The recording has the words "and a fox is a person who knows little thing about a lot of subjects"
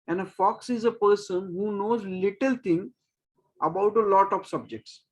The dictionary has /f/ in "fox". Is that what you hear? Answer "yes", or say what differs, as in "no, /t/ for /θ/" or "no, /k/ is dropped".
yes